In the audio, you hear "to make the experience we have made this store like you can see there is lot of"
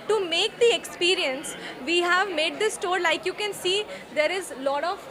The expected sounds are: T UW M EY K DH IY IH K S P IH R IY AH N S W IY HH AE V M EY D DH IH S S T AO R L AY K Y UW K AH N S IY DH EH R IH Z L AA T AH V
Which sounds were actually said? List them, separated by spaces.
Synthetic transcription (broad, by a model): T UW M EY K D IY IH K S P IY R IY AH N S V IY HH AE V M EY D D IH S S T AO R L AY K Y UW K AH N S IY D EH R IH Z L AA T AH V